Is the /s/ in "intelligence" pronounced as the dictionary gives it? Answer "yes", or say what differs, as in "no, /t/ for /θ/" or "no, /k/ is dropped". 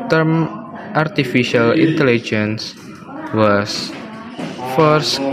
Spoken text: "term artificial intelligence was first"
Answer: yes